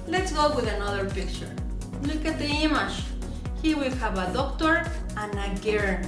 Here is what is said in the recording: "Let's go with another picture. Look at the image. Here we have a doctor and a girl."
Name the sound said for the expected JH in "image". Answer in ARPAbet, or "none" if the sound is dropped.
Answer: SH